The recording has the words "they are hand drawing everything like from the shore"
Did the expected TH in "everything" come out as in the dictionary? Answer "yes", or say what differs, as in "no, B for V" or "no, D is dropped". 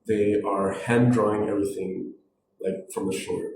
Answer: yes